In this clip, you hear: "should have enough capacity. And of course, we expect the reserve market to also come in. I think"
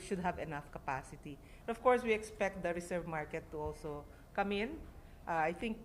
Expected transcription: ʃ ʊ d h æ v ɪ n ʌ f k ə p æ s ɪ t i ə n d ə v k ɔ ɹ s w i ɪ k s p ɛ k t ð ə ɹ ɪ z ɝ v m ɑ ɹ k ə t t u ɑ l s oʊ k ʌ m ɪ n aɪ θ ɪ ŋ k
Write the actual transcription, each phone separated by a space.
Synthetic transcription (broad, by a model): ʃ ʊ d h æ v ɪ n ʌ f k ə p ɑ s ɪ t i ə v k ɔ ɹ s w i ɪ k s p ɛ k t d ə ɹ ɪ s ɝ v m ɑ ɹ k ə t t u ɑ l s oʊ k ʌ m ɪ n aɪ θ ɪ ŋ k